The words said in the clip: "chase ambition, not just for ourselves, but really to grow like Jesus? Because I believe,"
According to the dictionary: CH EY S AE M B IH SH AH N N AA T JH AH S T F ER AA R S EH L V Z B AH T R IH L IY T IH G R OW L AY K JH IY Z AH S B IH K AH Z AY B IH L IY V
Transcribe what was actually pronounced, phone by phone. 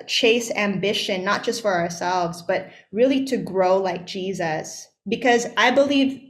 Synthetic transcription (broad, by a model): CH EY S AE M B IH SH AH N N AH T JH AH S T F ER AA R S EH L V Z B AH T R IH L IY T IH G R OW L AY K JH IY Z AH S B IH K AH Z AY B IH L IY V